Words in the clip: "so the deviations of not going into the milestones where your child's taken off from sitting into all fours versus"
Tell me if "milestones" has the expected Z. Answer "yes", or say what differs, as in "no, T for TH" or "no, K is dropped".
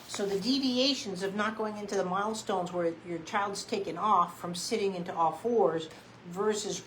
yes